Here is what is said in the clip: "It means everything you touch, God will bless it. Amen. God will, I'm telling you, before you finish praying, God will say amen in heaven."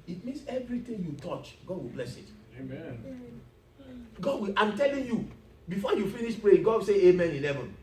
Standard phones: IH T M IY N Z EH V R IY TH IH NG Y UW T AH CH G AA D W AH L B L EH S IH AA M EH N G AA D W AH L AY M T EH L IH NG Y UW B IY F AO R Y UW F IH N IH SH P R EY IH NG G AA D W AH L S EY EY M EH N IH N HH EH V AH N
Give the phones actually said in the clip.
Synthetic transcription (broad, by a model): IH T M IY N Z EH V R IY T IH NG Y UW T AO CH G AA D W AH L B L EH S IH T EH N G AA D W AH L AY M T EH L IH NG Y UW B IY F AO Y UW F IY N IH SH P R EY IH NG G AA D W S EY EY M EH N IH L EH V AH N